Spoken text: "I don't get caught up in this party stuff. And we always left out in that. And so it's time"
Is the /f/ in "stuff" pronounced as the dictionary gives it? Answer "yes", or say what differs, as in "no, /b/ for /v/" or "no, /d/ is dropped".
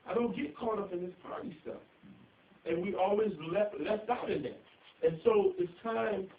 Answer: no, /f/ is dropped